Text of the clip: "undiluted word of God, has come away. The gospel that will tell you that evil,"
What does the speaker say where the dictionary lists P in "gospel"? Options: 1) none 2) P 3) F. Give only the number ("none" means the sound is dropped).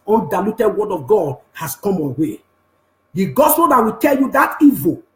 1